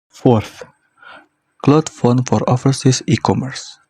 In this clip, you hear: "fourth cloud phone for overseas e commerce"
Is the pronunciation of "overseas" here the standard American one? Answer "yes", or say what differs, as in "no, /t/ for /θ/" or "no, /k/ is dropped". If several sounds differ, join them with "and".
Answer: no, /f/ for /v/